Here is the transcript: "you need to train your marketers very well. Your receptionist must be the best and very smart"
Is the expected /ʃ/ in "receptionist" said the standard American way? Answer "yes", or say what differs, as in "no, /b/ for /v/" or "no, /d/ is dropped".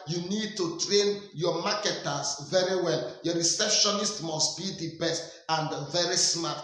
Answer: yes